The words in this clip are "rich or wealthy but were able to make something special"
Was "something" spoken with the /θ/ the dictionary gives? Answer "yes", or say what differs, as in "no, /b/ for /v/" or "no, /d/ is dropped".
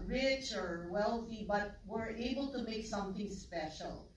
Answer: yes